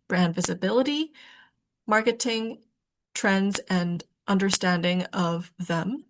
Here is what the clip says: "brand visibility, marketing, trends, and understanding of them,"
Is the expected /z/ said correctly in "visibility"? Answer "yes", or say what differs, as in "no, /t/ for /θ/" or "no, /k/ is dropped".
yes